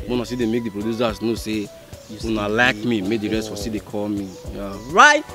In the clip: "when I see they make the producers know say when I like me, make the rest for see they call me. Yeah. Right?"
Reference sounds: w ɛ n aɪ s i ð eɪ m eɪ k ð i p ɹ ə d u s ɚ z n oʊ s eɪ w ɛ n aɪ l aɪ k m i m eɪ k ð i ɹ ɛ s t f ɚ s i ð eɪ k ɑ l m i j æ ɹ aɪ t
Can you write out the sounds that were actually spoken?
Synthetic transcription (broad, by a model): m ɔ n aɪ s i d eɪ m eɪ k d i p ɹ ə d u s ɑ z n oʊ s eɪ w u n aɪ l aɪ k m i m eɪ k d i ɹ ɛ s t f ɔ s i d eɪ k ɑ l m i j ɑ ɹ aɪ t